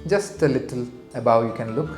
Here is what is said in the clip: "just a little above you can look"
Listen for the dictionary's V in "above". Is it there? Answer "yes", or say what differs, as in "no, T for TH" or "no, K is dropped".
no, W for V